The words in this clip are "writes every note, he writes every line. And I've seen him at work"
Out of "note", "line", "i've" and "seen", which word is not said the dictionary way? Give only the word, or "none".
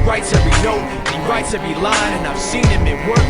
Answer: line